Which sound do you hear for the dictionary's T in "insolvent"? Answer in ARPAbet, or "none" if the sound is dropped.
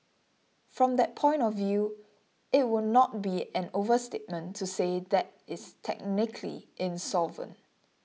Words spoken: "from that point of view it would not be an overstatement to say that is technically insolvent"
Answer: none